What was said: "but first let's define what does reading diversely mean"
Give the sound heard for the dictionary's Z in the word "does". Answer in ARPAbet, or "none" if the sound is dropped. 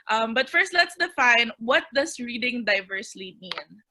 S